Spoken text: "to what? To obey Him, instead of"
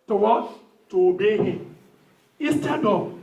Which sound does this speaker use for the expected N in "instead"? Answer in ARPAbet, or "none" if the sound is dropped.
none